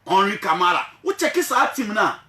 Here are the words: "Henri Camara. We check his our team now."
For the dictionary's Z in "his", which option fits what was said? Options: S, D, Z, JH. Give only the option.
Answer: S